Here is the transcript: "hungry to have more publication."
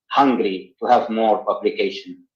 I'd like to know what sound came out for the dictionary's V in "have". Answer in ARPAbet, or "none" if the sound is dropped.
V